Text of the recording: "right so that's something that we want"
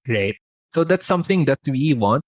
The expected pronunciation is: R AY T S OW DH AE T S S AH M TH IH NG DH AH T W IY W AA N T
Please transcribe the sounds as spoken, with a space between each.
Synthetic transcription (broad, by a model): R AY T S OW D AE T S S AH M T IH NG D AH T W IY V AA N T